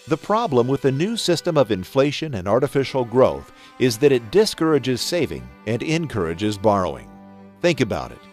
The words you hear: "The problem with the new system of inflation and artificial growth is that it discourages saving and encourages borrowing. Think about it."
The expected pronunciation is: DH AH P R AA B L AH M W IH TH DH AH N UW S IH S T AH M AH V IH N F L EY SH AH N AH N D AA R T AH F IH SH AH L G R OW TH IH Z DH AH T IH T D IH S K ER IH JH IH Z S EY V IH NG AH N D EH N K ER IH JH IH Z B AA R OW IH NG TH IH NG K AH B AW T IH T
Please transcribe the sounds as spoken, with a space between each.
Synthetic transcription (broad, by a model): DH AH P R AA B L AH M W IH DH AH N UW S IH S T AH M AH V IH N F L EY SH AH N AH N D AA R T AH F IH SH L G R OW TH IH Z DH AH T IH T D IH S K ER IH JH IH Z S EY V IH NG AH N EH N K ER IH JH IH Z B AA R OW IH NG TH IH NG K AH B AW T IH T